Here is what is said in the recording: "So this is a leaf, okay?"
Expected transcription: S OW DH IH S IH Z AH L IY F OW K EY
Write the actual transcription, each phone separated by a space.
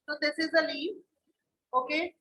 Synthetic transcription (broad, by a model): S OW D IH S IH Z AH L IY OW K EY